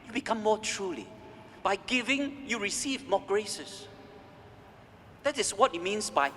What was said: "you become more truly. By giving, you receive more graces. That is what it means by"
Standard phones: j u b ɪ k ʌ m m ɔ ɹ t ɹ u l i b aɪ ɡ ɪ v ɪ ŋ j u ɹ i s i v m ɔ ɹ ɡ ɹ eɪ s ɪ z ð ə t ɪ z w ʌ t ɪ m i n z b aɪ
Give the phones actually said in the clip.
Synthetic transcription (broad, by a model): j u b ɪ k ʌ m m ɔ t ɹ u l i b aɪ ɡ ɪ v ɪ ŋ j u ɹ i s i v m ɔ ɡ ɹ eɪ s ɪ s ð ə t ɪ s w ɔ t ɪ m i n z b aɪ